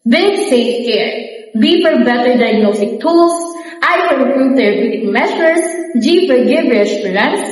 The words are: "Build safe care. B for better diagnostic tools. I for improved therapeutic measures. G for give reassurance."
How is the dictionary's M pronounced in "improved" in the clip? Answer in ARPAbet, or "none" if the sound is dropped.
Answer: none